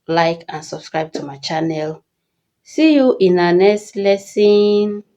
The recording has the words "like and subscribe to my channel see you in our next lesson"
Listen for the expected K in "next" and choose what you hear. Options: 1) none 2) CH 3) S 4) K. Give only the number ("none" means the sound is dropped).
1